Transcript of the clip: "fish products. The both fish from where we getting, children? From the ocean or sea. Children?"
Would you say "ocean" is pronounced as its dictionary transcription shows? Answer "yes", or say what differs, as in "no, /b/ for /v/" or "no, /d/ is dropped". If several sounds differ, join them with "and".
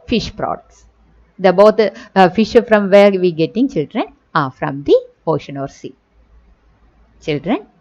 yes